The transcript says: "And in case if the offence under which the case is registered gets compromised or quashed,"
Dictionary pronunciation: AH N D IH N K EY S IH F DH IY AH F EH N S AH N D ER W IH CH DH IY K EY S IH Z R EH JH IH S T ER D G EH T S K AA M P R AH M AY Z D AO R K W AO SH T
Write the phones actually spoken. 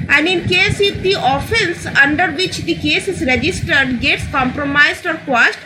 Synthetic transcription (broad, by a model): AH N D IH N K EY S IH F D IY AH F EH N S AH N D ER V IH CH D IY K EY S IH Z R EH JH IH S T ER D G EH T S K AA M P R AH M AY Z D AO R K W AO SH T